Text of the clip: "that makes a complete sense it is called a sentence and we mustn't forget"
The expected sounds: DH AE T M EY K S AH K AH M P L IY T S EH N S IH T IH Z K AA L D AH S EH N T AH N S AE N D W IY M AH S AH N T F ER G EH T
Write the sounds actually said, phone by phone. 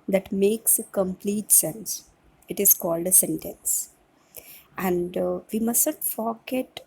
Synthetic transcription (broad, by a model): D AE T M EY K S AH K AH M P L IY T S EH N S IH T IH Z K AA L D AH S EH N T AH N S AE N D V IY M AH S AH T F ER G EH T